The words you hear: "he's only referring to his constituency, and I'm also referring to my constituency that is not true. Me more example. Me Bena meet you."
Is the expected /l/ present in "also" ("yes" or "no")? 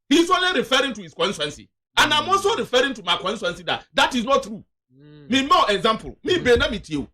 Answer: no